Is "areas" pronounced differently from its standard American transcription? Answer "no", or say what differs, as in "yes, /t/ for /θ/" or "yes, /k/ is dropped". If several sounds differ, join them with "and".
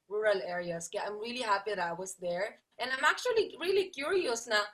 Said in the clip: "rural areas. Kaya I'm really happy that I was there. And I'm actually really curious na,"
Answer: yes, /s/ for /z/